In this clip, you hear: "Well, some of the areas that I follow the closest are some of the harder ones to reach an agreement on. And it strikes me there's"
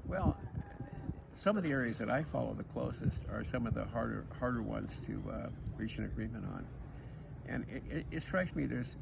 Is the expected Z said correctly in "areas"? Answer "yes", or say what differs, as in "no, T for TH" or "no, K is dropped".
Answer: yes